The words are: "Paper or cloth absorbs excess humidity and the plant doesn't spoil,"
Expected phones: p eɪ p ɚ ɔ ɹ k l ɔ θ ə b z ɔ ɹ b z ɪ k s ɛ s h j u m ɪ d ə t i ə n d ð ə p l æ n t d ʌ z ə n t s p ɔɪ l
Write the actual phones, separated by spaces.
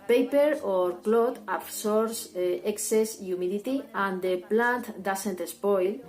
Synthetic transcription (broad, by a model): p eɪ p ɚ ɔ ɹ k l ɔ t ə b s ɔ ɹ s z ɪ k s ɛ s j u m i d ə t i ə n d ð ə p l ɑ n t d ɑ s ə n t s p ɔɪ l